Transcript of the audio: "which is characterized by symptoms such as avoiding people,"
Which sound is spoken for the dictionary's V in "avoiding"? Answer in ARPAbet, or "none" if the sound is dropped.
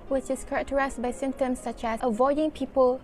V